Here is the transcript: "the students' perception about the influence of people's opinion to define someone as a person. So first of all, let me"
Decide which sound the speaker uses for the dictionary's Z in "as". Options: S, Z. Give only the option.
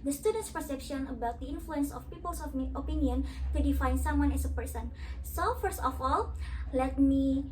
S